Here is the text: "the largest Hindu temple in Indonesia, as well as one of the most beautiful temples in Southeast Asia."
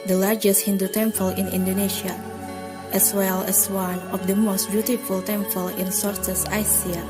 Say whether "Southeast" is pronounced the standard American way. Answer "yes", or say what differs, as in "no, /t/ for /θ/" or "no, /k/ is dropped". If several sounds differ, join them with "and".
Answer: no, /t/ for /θ/